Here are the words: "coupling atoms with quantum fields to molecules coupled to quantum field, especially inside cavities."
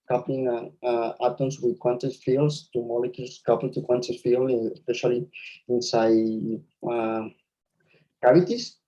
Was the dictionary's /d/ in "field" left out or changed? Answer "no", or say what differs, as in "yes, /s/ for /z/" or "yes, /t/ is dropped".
yes, /d/ is dropped